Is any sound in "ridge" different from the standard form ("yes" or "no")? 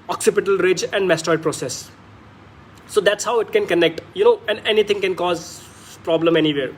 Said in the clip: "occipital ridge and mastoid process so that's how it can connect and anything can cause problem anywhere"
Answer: no